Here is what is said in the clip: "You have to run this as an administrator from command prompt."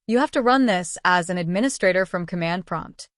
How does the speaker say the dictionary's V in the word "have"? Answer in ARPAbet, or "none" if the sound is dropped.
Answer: F